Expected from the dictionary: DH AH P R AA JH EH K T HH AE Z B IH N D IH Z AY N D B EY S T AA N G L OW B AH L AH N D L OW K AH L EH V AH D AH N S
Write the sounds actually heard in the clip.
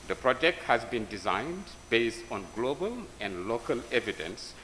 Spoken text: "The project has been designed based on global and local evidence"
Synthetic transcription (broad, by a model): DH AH P R AA JH EH K T HH AE Z B IH N D IH Z AY N D B EY S T AA N G L OW B AH L AH N D L OW K AH L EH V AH D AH N S